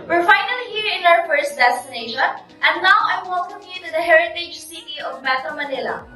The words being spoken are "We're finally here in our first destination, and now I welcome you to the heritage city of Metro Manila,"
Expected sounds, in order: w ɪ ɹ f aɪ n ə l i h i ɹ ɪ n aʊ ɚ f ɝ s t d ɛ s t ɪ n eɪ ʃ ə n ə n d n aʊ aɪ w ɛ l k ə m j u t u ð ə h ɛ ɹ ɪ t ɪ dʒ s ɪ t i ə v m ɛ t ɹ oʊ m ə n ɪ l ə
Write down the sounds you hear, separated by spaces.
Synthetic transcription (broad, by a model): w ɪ ɹ f aɪ n ə l i h i ɹ ɪ n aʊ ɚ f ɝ s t d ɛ s t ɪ n eɪ ʃ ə n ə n n aʊ aɪ w ɛ l k ə m j u t u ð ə h ɛ ɹ ɪ t ɪ dʒ s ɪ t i ə v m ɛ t oʊ m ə n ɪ l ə